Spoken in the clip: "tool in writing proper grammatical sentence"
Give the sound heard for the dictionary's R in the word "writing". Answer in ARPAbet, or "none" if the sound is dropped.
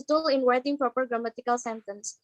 W